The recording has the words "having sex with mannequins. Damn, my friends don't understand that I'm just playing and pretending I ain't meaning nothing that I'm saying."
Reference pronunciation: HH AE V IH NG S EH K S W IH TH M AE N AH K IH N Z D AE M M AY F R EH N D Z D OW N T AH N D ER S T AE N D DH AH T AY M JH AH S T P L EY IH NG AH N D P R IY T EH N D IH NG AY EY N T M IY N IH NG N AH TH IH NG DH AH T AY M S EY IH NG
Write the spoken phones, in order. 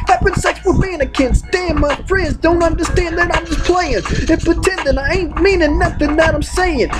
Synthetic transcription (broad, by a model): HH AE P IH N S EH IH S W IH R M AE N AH K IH N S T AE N M AY F R EH N D Z D OW N T AH N D ER S T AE N DH AH T AY M JH AH S P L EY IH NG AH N P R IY T EH N D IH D AY EY N T M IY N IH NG N AH TH IH NG DH AH T AY M S EY IH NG